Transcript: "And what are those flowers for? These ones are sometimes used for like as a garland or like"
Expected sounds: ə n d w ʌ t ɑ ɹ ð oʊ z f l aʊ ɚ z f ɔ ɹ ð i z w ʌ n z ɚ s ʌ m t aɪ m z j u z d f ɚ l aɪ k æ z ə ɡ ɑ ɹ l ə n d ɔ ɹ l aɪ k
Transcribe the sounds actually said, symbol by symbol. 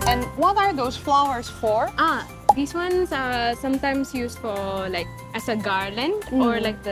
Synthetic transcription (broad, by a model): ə n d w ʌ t ɑ ɹ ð oʊ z f l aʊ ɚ s f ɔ ɹ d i s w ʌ n s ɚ s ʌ m t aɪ m s j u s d f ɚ l aɪ k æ s ə ɡ ɑ ɹ l ə n d ɔ ɹ l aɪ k